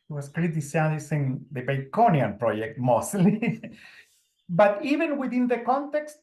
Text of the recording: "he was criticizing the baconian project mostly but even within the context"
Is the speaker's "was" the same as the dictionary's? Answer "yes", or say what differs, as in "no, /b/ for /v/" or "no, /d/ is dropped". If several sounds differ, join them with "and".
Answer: no, /s/ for /z/